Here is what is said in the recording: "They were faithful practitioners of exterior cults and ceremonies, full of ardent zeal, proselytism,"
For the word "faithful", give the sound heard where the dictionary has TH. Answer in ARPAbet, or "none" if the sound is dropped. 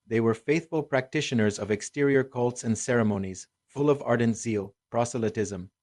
TH